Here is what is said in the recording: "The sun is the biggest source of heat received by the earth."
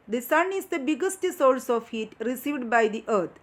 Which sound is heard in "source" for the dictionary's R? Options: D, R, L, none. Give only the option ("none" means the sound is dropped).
L